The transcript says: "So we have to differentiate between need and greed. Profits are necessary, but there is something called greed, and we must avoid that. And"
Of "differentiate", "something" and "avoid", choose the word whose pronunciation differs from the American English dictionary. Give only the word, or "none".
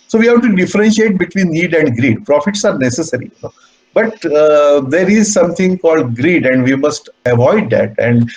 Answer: something